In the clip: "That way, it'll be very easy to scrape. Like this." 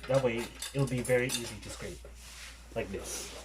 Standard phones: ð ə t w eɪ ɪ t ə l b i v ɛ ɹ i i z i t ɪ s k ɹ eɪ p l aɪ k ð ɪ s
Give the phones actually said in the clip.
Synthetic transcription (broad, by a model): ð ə t w eɪ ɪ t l b i v ɛ ɹ i i z i t ɪ s k ɹ eɪ p l aɪ k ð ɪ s